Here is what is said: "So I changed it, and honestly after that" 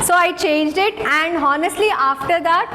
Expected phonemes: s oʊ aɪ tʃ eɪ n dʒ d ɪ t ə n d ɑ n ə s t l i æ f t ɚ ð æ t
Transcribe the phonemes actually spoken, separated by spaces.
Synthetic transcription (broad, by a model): s oʊ aɪ tʃ eɪ n dʒ d ɪ t ə n d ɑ n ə s t l i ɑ f t ɚ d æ t